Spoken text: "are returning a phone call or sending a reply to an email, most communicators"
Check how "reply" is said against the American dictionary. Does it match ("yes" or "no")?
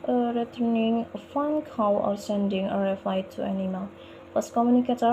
no